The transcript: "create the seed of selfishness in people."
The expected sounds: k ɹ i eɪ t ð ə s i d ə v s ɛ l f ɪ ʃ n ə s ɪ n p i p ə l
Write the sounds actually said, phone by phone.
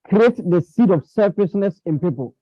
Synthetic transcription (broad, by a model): k ɹ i eɪ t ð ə s i d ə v s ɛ f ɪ s n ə s ɪ n p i p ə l